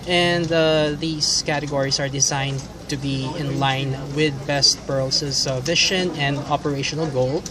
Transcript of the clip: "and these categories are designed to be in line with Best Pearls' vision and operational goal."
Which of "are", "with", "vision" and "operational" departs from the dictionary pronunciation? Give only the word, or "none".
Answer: vision